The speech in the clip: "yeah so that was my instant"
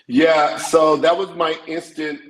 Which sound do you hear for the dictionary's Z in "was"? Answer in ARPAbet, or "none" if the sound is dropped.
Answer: Z